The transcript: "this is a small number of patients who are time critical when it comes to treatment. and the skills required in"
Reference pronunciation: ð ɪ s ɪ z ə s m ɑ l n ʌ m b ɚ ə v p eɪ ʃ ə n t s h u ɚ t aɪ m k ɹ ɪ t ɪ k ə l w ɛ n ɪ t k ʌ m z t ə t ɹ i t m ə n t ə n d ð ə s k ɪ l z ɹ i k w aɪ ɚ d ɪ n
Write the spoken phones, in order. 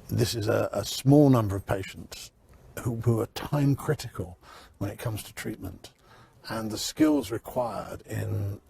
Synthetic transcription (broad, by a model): ð ɪ s ɪ z ə s m ɑ l n ʌ m b ɚ ə v p eɪ ʃ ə n t s h u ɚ t aɪ m k ɹ ɪ t ɪ k ə l w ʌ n ɪ t k ʌ m z t ə t ɹ i t m ə n t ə n ð ə s k ɪ l z ɹ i k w aɪ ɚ d ɪ n